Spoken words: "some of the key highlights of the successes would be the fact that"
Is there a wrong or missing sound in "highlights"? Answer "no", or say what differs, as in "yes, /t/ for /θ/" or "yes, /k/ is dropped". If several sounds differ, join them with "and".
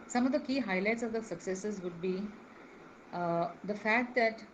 no